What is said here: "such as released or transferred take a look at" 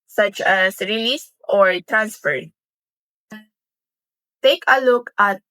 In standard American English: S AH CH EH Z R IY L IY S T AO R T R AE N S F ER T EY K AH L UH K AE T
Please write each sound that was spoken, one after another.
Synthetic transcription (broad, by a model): S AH CH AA S R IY L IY S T AO R T R AE N S F ER T EY K AH L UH K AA T